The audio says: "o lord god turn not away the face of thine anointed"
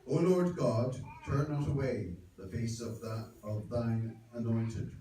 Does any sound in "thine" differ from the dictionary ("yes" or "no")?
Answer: no